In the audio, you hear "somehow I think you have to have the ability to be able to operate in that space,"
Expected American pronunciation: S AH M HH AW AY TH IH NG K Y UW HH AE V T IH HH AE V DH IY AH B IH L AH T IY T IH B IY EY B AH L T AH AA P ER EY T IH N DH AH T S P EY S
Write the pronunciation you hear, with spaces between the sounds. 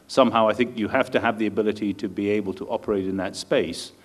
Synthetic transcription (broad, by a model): S AH M HH AW AY TH IH NG K Y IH HH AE F T IH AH V DH IY AH B IH L AH T IY T IH B IY EY B AH L T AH AA P ER EY T IH N DH AH T S P EY S